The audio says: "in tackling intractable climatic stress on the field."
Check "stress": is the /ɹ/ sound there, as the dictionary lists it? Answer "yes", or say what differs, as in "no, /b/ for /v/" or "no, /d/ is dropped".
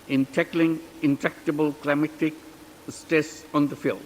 no, /ɹ/ is dropped